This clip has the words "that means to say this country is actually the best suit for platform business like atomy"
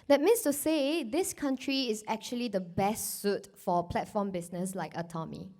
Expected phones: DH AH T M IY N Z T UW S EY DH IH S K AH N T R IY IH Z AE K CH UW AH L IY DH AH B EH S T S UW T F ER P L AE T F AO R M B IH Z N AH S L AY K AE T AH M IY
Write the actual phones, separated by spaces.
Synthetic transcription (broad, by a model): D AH T M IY N S T UW S EY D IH S K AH N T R IY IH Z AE K CH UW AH L IY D AH B EH S T S UW T F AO P L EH T F AO M B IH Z N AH S L AY K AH T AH M IY